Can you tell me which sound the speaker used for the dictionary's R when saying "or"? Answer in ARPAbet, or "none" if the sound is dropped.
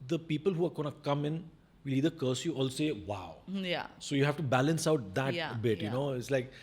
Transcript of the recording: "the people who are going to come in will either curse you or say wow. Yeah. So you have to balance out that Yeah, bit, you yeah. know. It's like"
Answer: L